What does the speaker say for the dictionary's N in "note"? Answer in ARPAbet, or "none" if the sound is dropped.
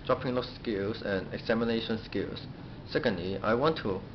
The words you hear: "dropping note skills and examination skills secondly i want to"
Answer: L